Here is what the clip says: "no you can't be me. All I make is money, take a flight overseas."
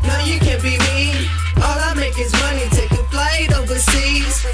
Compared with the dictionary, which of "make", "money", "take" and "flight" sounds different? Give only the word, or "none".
flight